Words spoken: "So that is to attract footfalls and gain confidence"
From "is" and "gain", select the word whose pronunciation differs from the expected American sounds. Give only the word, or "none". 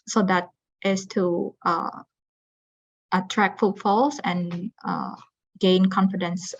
is